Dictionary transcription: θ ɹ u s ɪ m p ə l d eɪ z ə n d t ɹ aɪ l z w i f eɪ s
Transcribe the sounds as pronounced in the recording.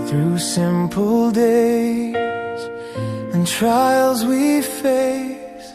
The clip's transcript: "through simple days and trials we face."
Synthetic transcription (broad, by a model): θ ɹ u s ɪ m p ə l d eɪ z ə n t ɹ aɪ l z w i f eɪ s